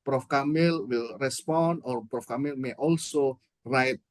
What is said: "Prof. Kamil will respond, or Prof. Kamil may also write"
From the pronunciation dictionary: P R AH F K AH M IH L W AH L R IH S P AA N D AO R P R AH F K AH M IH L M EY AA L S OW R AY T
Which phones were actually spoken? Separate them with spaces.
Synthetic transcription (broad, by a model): P R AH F K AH M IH L W AH L R IH S P AA N D AO R P R AH F K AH M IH L M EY AA L S OW R AY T